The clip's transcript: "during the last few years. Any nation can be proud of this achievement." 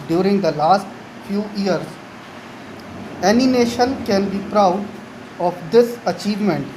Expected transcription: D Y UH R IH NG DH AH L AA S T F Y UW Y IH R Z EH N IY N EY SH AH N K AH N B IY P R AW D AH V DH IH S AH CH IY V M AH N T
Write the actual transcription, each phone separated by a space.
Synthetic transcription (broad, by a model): D Y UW R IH NG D AH L AA S T F Y UW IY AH R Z EH N IY N EY SH AH N K AH N B IY P R AW D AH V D IH S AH CH IY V M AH N T